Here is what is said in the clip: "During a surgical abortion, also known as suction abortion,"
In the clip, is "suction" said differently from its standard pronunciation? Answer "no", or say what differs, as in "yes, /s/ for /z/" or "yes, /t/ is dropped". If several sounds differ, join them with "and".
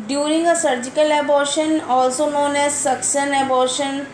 yes, /s/ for /ʃ/